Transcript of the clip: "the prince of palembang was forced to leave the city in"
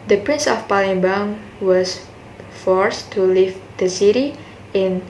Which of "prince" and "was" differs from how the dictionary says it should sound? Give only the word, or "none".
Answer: was